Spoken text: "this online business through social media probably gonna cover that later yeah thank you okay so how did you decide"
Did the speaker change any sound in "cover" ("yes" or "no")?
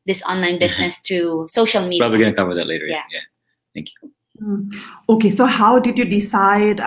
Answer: yes